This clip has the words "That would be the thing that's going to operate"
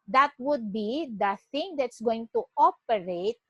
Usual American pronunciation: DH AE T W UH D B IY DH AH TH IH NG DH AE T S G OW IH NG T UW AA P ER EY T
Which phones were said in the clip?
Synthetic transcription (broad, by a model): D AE T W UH D B IY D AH T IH NG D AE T S G OW IH NG T UW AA P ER EY T